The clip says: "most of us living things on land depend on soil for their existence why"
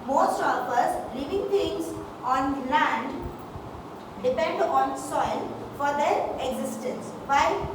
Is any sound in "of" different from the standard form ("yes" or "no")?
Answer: yes